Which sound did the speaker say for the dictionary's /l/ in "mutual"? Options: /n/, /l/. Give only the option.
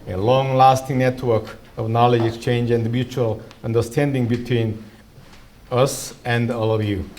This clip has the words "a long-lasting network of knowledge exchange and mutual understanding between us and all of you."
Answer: /l/